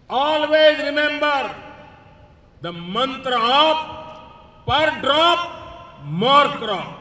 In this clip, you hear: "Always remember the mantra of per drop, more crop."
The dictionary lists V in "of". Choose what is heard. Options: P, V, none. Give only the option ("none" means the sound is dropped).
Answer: P